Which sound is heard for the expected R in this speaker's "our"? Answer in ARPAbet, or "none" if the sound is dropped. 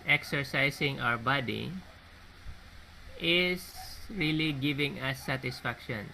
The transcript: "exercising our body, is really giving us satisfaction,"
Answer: W